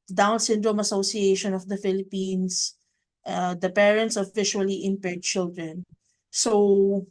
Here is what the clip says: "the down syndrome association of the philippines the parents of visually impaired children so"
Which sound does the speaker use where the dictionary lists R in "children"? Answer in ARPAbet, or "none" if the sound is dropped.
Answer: R